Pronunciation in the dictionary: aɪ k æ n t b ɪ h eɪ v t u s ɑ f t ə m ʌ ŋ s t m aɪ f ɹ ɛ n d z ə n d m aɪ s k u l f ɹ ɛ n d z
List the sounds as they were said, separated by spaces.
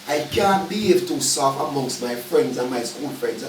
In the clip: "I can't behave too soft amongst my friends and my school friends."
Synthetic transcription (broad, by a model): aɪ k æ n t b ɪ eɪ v t u s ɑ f ə m ʌ ŋ s t m aɪ f ɹ ɛ n d z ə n m aɪ s k u l f ɹ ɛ n d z